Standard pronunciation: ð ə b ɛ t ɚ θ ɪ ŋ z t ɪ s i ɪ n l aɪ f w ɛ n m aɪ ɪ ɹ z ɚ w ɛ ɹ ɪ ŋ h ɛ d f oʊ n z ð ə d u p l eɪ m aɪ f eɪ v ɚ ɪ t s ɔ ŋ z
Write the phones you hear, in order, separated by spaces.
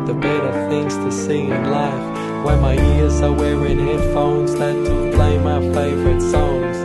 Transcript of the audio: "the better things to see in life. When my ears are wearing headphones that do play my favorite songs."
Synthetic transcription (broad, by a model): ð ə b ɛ t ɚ θ ɪ ŋ z t ɪ s i ɪ n l aɪ f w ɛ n m aɪ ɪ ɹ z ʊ w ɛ w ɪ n h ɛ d f oʊ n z ð ə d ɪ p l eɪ m aɪ f eɪ v ɚ ɪ t s ɔ ŋ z